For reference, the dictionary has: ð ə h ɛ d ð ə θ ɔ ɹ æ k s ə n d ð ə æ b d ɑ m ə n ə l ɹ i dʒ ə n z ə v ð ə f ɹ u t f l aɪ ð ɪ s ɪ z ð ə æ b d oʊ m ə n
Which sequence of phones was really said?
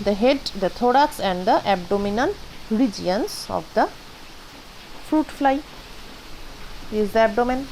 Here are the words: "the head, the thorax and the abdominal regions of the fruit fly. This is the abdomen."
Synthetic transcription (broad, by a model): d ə h ɛ d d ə t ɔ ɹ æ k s ə n d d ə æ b d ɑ m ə n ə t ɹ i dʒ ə n s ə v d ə f ɹ u t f l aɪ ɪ ɪ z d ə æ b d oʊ m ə n